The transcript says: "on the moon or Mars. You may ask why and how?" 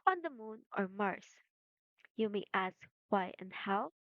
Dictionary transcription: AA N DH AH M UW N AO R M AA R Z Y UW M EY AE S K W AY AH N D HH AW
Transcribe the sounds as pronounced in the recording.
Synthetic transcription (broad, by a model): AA N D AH M UW N AO R M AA R S Y UW M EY AE S K W AY AH N D HH AW